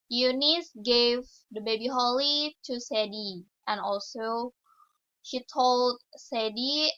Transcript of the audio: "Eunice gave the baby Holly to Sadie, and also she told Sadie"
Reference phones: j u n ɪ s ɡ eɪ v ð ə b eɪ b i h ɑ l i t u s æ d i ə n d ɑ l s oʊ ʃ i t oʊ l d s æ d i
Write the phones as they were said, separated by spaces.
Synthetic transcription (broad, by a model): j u n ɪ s ɡ eɪ v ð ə b eɪ b i h ɑ l i t u s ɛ d i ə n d ɑ l s oʊ ʃ i t oʊ l d s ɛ d i